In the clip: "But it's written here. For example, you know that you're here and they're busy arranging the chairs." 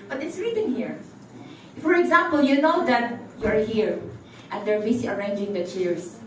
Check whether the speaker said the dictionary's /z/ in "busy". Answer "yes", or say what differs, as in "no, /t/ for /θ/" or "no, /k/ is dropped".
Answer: no, /s/ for /z/